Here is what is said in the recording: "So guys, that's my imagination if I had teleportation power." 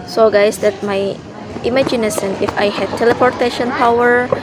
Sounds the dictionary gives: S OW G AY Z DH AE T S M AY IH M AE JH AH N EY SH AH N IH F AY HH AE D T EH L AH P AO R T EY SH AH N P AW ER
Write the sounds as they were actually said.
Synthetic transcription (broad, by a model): S OW G AY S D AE T M AY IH M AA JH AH N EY S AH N IH F AY HH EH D T EH L AH P AO R T EY SH AH N P AW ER